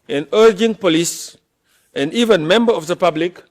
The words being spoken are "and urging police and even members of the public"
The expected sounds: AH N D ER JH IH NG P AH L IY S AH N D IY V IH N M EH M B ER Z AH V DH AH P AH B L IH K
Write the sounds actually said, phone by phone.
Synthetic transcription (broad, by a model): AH N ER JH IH NG P AH L IY S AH N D IY V IH N M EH M B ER AH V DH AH P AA B L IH K